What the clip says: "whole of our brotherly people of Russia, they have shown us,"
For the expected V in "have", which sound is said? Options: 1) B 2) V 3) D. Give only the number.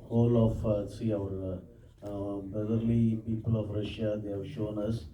2